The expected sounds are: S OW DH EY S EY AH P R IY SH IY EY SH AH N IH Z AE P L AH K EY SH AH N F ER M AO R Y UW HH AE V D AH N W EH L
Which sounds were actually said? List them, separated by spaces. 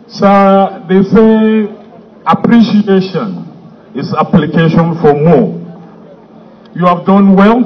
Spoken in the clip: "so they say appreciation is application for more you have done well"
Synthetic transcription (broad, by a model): S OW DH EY S EY AH P R IY SH IY EY SH AH N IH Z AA P L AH K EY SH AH N F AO M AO Y UW HH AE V D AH N W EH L